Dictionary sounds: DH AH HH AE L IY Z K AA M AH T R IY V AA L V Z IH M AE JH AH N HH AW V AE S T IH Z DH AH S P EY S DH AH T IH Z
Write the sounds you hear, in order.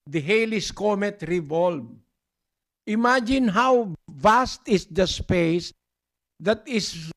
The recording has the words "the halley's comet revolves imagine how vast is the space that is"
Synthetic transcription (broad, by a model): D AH HH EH L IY S K AA M AH T R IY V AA L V IH M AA JH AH N HH AW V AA S T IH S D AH S P EY S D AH T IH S